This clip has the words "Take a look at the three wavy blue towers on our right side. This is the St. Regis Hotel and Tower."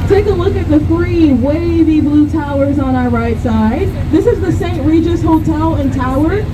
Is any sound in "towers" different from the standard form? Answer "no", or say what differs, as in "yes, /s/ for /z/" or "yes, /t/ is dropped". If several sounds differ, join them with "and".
no